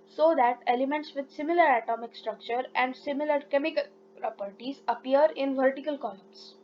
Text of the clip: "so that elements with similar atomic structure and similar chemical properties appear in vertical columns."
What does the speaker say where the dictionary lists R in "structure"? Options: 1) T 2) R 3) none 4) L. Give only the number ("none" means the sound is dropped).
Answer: 2